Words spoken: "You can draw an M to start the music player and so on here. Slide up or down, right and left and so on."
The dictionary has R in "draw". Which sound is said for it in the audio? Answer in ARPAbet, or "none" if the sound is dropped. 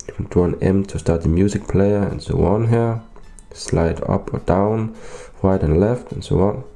none